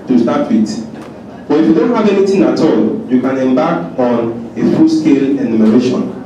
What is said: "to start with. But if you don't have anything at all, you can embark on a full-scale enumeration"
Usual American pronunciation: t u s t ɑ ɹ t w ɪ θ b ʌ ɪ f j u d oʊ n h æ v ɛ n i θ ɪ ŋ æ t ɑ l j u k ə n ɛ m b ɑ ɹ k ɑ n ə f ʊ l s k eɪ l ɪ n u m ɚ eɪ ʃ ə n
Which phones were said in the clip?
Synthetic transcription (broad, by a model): t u s t ɑ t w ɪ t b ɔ ɪ f j u d oʊ n h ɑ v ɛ n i t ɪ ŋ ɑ t ɑ l j u k ə n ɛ m b ɑ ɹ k ɑ n ə f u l s k eɪ l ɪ n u m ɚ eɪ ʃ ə n